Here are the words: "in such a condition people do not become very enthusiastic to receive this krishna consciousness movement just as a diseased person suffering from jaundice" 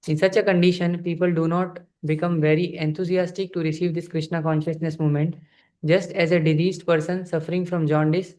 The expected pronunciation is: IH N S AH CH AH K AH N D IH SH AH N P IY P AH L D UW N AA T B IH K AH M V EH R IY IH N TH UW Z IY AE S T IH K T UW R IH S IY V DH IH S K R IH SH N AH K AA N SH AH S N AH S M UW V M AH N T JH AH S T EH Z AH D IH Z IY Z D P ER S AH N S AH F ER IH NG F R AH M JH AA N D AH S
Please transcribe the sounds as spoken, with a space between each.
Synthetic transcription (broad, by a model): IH N S AH CH AH K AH N D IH SH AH N P IY P AH L D UW N AA T B IH K AH M V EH R IY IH N T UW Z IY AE S T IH K T UW R IH S IY V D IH S K R IH SH N AH K AA N SH AH S N AH S M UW M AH N T JH AH S T EH Z AH D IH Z IY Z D P ER S AH N S AH F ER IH NG F R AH M JH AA N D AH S